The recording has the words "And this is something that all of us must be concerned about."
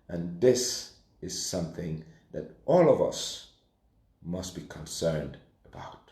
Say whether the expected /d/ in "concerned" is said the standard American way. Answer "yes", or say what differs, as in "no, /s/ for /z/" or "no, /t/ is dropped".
yes